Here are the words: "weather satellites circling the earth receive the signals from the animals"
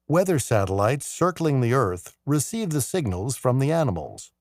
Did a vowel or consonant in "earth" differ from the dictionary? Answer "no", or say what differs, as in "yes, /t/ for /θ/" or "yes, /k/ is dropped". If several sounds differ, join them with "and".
no